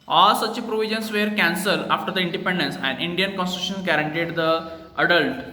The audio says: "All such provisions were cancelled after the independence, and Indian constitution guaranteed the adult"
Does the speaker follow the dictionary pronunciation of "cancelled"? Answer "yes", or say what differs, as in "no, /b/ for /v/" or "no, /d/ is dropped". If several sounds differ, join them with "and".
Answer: no, /d/ is dropped